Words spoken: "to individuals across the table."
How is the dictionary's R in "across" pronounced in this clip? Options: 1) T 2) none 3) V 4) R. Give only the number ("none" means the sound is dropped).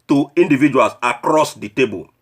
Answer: 4